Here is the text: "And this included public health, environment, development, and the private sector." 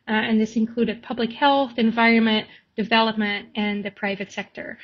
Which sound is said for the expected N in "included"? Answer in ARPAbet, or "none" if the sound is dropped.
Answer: N